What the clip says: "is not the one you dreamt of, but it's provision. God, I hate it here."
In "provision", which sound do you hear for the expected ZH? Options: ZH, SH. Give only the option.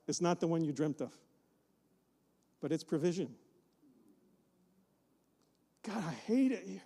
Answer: ZH